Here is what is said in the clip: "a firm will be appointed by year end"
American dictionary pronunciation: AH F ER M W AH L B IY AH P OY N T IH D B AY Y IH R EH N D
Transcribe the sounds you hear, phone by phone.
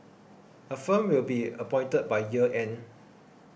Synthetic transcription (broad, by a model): AH F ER M W AH L B IY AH P OY N T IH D B AY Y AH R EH N